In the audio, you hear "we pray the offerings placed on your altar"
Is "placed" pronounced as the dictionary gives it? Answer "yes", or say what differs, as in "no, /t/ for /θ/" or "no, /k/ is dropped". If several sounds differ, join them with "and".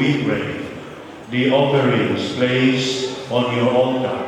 no, /t/ is dropped